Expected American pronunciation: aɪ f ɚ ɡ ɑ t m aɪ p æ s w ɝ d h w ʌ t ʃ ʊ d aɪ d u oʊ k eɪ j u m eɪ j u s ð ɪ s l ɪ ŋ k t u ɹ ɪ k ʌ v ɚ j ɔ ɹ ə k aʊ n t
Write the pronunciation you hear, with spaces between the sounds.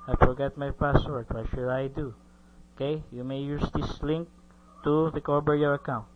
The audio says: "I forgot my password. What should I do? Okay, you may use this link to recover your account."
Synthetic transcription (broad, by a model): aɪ f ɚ ɡ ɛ t m aɪ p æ s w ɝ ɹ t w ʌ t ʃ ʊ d aɪ d u oʊ k eɪ j u m eɪ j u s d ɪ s l ɪ ŋ k t u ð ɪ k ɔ b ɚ j ɔ ɹ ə k aʊ n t